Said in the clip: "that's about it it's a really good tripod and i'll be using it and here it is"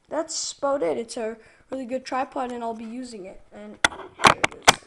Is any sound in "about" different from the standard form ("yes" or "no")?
yes